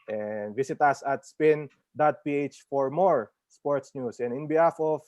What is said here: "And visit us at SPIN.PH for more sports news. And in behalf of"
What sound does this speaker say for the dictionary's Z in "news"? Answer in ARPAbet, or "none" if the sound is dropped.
S